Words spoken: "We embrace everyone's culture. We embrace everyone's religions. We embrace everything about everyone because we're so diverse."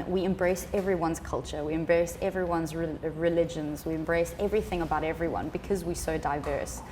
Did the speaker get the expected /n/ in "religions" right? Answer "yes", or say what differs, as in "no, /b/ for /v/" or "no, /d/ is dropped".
yes